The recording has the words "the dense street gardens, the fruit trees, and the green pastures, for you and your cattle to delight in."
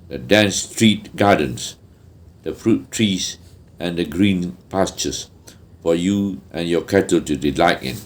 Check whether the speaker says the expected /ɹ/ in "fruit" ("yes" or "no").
yes